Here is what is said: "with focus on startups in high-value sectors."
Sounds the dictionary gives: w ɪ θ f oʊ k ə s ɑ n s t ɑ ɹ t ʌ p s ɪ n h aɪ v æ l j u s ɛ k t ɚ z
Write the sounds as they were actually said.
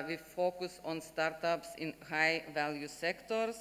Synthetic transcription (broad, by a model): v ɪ f oʊ k ə s ɑ n s t ɑ ɹ t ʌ p s ɪ n h aɪ v æ l j u s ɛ k t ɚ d